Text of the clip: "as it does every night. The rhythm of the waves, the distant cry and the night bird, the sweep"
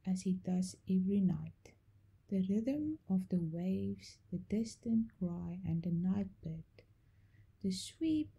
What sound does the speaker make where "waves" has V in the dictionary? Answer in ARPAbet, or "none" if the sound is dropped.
V